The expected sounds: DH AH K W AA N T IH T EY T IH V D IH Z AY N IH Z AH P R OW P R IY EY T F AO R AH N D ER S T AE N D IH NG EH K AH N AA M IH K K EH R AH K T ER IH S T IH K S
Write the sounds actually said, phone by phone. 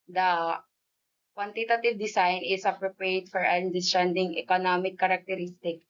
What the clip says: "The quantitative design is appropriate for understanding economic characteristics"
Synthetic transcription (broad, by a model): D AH K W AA N T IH T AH T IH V D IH S AY N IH S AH P R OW P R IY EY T F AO R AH N D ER S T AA N D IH NG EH K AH N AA M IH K K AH R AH K T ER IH S T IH K